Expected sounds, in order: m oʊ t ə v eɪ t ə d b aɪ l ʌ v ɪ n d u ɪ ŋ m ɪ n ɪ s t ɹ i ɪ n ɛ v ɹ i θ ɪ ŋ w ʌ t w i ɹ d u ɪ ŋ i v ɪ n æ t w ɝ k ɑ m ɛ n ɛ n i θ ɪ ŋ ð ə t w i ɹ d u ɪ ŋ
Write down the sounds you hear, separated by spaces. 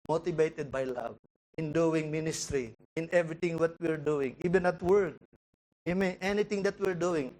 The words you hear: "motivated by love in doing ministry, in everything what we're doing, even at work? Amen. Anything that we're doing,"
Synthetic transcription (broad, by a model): m oʊ t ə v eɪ t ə d b aɪ l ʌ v ɪ n d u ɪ ŋ m ɪ n ɪ s t ɹ i ɪ n ɛ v ɹ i t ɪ ŋ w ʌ t w i ɹ d u ɪ ŋ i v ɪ n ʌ t w ɝ k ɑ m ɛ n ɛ n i t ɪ ŋ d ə t w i ɹ d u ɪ ŋ